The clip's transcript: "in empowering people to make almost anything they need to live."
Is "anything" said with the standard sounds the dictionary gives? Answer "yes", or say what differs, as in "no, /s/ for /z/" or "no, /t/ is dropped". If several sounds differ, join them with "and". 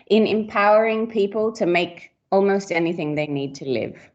yes